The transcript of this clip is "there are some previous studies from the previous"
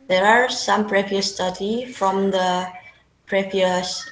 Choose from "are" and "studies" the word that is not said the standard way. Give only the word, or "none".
studies